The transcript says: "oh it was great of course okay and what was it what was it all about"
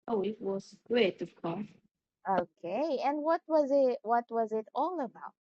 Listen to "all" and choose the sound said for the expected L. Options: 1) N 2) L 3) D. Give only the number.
2